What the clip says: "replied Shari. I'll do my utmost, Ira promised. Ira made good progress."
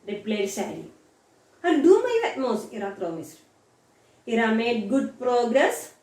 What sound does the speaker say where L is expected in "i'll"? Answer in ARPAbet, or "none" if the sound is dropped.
N